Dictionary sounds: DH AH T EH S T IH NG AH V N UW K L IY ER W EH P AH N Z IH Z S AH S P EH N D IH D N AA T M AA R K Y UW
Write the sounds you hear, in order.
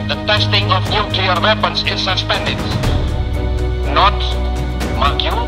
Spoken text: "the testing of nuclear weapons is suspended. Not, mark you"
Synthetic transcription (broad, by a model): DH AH T EH S T IH NG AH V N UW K IY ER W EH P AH N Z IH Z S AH S P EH N D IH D N AA T M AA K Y